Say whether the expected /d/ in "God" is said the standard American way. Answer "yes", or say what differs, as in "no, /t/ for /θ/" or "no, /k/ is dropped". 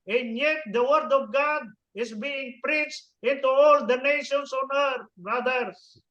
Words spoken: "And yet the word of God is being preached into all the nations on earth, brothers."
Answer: yes